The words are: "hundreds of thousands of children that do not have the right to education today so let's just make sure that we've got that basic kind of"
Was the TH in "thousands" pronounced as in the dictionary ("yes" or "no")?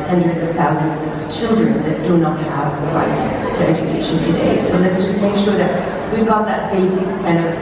yes